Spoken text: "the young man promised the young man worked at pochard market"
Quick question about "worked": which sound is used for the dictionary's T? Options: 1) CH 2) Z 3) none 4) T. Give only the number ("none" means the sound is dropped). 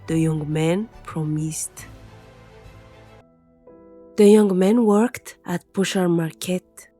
4